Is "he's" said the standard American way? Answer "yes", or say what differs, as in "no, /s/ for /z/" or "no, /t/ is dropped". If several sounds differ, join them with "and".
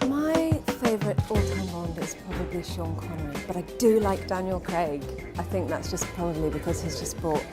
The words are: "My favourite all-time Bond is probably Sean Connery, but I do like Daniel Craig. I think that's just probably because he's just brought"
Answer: yes